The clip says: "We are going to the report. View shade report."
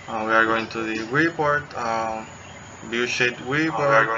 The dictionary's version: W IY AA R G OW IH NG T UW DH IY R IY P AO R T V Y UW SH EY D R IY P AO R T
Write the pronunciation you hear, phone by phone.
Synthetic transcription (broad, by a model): W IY AA R G OW IH NG T UW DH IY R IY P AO R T B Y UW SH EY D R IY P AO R